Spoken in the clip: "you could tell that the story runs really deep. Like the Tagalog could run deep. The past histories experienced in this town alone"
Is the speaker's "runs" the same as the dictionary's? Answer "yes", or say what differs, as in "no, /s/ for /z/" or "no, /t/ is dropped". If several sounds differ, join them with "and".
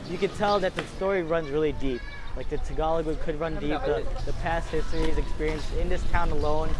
yes